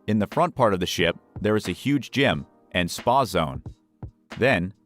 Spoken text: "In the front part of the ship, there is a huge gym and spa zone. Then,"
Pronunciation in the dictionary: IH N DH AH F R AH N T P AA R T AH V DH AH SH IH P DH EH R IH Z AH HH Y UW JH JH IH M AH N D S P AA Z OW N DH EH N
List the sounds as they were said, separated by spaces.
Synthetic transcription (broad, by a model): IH N DH AH F R AH N P AA R T AH V DH AH SH IH P DH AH R IH Z AH HH Y UW JH JH IH M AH N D S P AA Z OW N DH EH N